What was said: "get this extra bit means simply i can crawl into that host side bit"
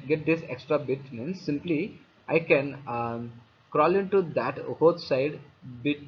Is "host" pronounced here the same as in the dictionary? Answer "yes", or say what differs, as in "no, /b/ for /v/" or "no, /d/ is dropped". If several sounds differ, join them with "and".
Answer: no, /s/ is dropped